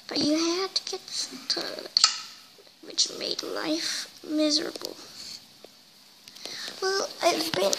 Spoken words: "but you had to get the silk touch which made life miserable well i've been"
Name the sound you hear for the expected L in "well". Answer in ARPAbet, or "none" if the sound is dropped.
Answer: L